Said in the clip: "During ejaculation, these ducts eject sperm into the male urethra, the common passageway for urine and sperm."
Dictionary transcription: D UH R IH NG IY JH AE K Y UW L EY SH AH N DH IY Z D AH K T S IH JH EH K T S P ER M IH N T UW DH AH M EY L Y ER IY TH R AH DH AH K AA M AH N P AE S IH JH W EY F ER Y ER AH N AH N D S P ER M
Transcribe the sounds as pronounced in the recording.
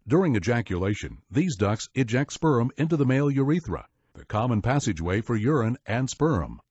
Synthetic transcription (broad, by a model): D UH R IH NG IY JH AE K Y UW L EY SH AH N DH IY Z D AH K S IH JH EH K T S P ER M IH N T UW DH AH M EY L Y ER IY TH R AH DH AH K AA M AH N P AE S IH JH W EY F ER Y ER AH N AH N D S P ER M